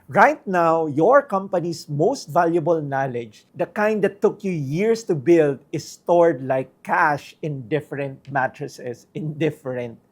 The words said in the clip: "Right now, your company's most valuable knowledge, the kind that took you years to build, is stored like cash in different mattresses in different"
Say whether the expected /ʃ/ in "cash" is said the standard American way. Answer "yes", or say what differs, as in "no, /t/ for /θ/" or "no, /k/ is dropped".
yes